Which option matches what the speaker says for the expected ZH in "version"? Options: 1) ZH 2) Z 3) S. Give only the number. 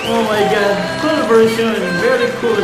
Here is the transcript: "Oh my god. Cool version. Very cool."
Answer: 3